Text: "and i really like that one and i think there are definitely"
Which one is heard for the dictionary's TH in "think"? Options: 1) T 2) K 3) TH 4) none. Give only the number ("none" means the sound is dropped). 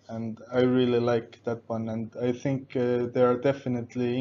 3